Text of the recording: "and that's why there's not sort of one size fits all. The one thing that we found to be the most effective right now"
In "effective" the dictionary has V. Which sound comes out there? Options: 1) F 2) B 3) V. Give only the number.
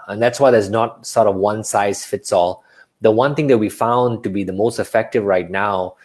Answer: 3